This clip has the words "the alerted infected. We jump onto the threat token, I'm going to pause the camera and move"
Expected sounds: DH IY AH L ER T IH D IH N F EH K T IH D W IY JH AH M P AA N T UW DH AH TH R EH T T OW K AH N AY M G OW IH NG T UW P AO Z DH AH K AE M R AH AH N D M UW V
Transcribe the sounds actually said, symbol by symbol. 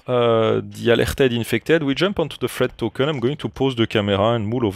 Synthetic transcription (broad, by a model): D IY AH L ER T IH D IH N F EH K T IH D W IY JH AH M P AA N T UW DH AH F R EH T T OW K AH N AY M G OW IH NG T UW P AO Z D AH K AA M R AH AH N M UW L